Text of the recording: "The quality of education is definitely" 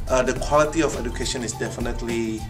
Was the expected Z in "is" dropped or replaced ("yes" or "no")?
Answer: yes